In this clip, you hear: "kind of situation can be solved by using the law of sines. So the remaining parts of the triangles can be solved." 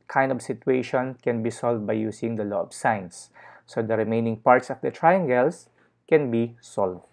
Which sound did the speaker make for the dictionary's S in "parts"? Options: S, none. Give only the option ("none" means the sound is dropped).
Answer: S